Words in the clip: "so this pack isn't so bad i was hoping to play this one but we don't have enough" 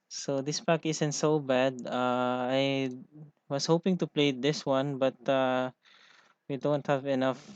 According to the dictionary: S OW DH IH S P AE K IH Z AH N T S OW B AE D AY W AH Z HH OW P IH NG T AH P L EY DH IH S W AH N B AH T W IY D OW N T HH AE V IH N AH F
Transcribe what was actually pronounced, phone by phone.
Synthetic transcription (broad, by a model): S OW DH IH S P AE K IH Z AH N T S OW B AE D AY W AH S HH OW P IH NG T AH P L EY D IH S W AH N B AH T W IY D OW N T HH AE V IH N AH F